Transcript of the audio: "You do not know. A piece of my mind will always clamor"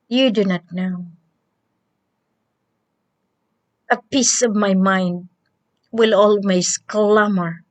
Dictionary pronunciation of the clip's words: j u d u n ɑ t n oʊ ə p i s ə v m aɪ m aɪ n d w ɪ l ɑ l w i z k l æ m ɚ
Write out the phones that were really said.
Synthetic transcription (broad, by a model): j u d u n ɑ t n oʊ ə p i s ə v m aɪ m aɪ n d w ɪ l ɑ l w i s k l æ m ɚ